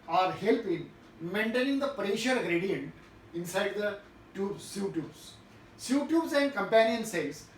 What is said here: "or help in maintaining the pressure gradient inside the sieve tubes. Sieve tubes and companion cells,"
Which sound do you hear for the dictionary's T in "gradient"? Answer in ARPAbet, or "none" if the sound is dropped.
T